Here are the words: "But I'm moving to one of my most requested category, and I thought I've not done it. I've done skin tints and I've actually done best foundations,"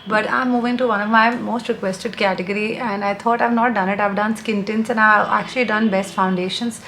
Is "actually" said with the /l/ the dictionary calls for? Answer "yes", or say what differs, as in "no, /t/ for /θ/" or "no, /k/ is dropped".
yes